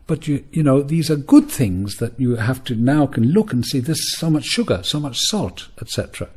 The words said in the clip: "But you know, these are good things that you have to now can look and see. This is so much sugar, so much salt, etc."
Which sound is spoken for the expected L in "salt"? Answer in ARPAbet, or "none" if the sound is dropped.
L